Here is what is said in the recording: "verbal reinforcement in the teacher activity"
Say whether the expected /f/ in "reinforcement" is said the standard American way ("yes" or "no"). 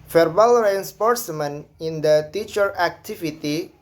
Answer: no